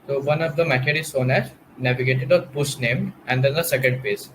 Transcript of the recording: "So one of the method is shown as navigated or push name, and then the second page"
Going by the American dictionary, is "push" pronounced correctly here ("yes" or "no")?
no